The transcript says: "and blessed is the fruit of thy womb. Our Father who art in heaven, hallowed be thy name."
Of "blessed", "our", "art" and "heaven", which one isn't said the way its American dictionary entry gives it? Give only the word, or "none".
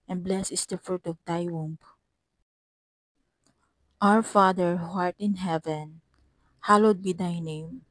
blessed